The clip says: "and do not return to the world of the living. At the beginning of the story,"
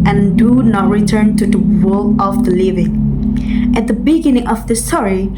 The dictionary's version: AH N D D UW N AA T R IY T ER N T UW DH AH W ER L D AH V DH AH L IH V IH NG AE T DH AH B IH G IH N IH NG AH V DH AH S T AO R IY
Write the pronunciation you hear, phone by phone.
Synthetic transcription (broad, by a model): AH N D D UW N AA T R IY T ER N T UW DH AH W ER L AH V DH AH L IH V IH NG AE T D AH B IH G IH N IH NG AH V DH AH S T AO R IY